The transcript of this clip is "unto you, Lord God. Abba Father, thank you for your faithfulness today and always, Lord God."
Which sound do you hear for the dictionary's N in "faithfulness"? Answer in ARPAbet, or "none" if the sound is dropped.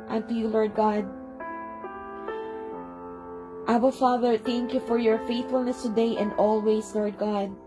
N